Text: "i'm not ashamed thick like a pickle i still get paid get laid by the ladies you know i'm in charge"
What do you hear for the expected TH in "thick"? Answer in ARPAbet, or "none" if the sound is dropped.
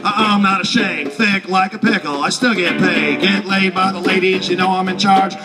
TH